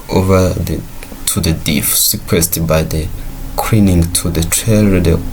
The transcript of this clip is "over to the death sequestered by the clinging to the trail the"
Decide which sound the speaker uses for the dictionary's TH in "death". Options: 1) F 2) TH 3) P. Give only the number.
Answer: 1